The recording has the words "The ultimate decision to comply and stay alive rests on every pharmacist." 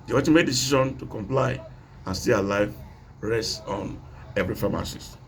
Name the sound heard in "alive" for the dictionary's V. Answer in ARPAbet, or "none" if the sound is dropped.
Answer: V